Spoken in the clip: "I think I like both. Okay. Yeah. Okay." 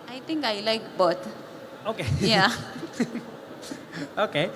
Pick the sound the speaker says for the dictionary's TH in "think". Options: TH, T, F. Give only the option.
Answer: T